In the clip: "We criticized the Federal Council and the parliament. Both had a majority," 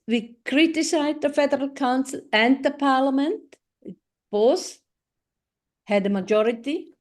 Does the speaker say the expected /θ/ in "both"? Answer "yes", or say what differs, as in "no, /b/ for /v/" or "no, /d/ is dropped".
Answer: no, /s/ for /θ/